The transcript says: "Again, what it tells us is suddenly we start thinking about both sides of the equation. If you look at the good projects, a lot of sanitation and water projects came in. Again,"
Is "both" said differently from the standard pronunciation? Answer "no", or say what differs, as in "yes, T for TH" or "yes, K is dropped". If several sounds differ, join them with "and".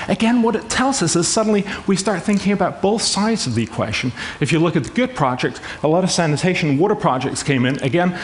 no